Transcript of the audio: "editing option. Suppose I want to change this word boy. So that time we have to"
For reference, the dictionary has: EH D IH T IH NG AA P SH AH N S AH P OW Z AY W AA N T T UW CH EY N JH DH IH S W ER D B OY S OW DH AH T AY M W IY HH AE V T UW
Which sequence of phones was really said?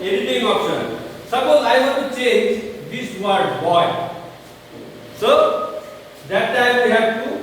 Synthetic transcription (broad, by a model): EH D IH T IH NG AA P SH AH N S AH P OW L AY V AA T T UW CH EY N JH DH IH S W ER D B OY S OW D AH T AY M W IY HH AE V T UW